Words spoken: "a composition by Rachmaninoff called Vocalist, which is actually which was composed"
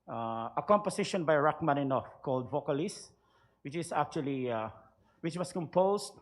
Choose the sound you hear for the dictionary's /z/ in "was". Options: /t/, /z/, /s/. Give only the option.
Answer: /s/